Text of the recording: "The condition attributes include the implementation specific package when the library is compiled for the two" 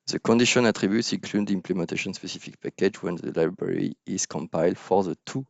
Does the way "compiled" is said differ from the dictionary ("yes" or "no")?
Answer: no